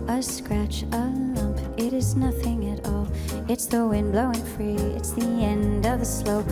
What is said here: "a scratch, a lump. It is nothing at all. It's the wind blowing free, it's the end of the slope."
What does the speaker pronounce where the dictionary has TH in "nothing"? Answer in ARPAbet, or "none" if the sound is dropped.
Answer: TH